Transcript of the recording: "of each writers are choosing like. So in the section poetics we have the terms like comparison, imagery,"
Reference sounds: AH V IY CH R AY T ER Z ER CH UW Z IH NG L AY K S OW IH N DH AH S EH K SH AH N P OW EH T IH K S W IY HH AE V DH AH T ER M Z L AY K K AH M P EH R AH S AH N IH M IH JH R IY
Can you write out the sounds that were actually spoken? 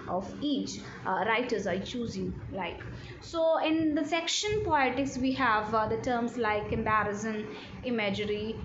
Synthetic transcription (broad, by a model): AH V IY CH R AY T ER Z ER CH UW Z IH NG L AY K S OW IH N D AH S EH K SH AH N P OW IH T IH K S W IY HH AE V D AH T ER M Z L AY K K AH M B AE R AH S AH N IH M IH JH R IY